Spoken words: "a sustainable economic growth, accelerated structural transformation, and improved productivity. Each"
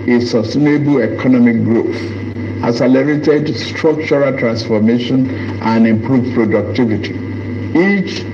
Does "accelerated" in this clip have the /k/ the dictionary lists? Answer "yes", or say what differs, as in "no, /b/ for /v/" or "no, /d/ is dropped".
no, /k/ is dropped